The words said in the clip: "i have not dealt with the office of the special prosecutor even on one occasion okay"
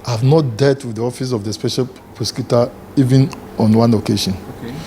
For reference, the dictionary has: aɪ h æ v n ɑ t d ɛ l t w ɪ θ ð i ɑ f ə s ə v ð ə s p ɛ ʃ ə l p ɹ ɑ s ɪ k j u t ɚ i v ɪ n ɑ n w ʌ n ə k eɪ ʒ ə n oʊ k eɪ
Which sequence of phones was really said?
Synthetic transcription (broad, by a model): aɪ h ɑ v n ɑ t d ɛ t w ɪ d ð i ɑ f ə s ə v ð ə s p ɛ ʃ ə l p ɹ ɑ s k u t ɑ i v ɪ n ɑ n w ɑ n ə k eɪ ʃ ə n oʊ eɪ